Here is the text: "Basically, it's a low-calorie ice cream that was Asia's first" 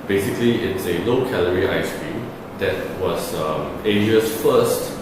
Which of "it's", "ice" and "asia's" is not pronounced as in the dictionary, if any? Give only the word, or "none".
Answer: asia's